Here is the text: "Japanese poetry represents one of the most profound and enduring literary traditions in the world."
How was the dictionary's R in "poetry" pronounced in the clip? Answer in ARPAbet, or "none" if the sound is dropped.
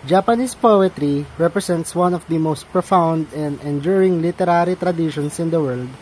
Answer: R